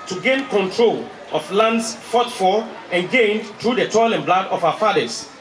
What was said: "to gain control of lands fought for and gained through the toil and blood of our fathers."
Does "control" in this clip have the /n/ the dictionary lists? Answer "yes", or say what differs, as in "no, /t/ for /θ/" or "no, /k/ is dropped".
yes